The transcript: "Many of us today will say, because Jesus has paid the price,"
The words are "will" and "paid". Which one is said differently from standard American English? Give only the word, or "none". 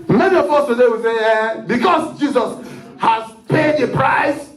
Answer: none